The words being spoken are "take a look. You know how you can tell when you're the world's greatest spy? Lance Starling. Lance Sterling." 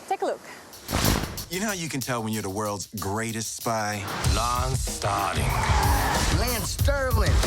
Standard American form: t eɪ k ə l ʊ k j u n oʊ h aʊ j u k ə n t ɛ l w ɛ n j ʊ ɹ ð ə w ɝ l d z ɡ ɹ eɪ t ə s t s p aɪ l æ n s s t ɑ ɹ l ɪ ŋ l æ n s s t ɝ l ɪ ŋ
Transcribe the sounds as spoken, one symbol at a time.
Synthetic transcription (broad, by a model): t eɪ k ə l ʊ k j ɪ n oʊ j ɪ k ə n t ɛ l w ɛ n j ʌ ɹ ð ə w ɝ l d z ɡ ɹ eɪ t ə s t s p aɪ l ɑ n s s t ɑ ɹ ɪ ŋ l æ n s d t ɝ l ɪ